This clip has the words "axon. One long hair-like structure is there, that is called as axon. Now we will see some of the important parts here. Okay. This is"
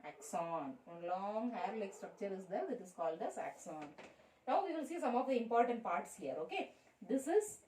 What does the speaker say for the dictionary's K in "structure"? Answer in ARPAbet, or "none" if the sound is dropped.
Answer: K